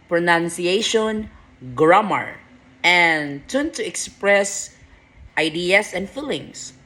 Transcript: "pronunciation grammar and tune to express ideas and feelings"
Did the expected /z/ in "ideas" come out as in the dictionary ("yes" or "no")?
no